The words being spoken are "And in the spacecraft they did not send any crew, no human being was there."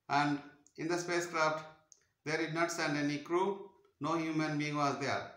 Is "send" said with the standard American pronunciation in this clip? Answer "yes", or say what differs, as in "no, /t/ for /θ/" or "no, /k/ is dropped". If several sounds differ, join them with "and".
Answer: yes